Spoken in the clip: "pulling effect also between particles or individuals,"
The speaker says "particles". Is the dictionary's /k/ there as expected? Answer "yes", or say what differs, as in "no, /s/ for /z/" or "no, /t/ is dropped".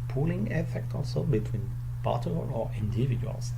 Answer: no, /k/ is dropped